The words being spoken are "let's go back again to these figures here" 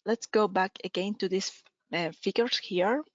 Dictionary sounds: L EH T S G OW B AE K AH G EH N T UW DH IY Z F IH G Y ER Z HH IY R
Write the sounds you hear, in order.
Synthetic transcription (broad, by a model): L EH T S G OW B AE K AH G EH N T UW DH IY S F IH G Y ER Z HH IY R